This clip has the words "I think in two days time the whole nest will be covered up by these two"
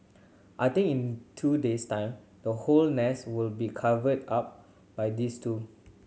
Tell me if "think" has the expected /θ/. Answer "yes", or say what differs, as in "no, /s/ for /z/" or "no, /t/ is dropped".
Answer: no, /t/ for /θ/